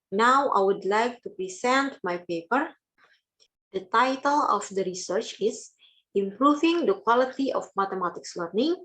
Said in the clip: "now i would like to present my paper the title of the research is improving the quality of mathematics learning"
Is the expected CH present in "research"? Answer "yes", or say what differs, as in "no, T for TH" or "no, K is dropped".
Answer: yes